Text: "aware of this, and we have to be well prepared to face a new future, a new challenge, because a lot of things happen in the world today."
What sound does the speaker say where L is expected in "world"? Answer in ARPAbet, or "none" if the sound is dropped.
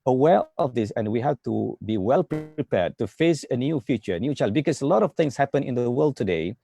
L